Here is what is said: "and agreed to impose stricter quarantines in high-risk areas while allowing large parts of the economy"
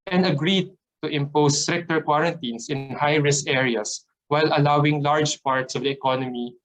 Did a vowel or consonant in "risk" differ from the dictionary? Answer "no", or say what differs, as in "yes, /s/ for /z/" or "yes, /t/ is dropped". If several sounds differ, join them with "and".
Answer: yes, /k/ is dropped